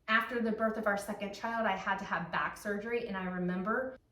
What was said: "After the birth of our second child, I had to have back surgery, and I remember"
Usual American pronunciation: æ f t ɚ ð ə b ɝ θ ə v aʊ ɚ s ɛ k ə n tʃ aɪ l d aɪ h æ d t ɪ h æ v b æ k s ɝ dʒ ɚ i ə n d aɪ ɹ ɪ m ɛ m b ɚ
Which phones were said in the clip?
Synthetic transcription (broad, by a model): æ f t ɚ ð ə b ɝ θ ə v aʊ ɚ s ɛ k ə n tʃ aɪ l d aɪ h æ d t ɪ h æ v b æ k s ɝ dʒ ɚ i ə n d aɪ ɹ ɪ m ɛ m b ɚ